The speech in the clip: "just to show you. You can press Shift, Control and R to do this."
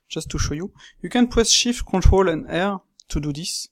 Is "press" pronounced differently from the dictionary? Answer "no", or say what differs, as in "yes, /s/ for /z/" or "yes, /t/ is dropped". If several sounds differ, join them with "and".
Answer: yes, /w/ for /ɹ/